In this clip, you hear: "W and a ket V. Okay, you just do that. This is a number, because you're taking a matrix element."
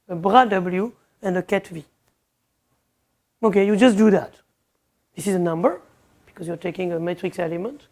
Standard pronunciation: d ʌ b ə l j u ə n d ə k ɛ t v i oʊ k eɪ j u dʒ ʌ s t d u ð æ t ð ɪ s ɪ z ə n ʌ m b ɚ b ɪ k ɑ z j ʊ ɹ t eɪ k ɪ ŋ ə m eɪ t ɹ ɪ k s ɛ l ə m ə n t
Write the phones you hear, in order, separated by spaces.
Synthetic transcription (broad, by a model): d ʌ b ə l j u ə n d ə k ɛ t v i oʊ k eɪ j u dʒ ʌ s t d u ð æ t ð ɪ s ɪ z ə n ʌ m b ɚ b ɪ k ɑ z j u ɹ t eɪ k ɪ ŋ ə m eɪ t ɹ ɪ k s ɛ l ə m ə n t